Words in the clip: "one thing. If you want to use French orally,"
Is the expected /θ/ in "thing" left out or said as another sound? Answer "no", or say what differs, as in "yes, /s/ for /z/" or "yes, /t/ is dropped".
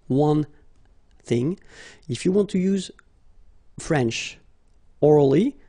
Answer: no